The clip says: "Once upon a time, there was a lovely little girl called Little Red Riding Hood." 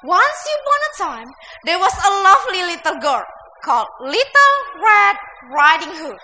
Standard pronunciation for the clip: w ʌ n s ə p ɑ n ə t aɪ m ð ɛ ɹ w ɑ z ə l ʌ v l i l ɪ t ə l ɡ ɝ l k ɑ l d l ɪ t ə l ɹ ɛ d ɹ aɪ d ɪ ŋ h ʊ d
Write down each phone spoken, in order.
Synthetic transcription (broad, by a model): w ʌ n s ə b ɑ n ə t aɪ m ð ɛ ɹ w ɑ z ə l ʌ v l i l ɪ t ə l ɡ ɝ k ɑ l d l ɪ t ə l ɹ ɛ d ɹ aɪ d ɪ ŋ h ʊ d